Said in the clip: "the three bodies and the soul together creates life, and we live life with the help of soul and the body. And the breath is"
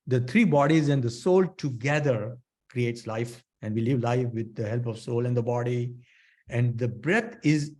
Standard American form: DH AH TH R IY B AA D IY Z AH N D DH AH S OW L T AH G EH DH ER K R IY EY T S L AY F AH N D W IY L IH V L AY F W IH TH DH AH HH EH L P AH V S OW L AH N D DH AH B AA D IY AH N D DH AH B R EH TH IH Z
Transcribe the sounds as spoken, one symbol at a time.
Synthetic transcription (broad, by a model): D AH T R IY B AA D IY Z AH N D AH S OW L T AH G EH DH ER K R IY EY T S L AY F AH N D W IY L IH V L AY F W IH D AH HH EH L P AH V S OW L AH N D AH B AA D IY AH N D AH B R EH T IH Z